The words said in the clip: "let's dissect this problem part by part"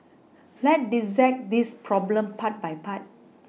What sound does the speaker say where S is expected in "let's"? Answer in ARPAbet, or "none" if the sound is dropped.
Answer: none